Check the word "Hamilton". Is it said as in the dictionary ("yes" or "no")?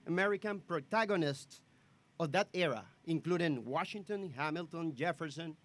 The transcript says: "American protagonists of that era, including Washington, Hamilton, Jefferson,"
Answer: yes